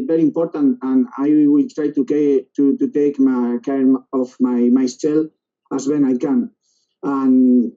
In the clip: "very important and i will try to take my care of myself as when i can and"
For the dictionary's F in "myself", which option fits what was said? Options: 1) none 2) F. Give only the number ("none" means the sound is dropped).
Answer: 1